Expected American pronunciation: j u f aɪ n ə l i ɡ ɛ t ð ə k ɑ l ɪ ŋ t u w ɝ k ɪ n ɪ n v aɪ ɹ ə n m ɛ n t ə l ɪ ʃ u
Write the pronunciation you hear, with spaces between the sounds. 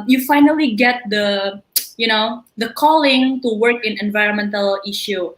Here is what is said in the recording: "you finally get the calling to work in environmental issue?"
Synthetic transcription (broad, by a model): j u f aɪ n ə l i ɡ ɛ t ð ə k ɑ l ɪ ŋ t u w ɝ k ɪ n ɪ n v aɪ ɹ ə n m ɛ n t ə l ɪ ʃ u